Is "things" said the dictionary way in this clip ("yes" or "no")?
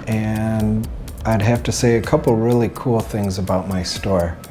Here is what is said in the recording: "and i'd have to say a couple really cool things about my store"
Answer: yes